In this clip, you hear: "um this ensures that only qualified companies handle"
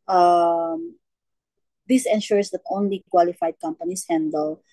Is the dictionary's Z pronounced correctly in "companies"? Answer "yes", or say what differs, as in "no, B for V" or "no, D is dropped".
no, S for Z